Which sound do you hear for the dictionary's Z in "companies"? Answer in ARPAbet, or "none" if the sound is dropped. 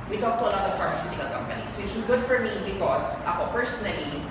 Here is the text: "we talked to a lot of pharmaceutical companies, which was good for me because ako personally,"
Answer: S